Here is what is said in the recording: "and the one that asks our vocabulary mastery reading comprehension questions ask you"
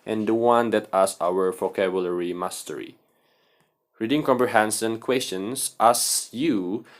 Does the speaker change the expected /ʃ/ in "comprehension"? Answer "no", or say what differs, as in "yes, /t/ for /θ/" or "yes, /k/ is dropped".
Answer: yes, /s/ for /ʃ/